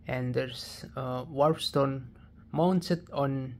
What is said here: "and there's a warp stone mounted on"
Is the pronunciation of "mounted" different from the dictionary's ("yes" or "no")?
yes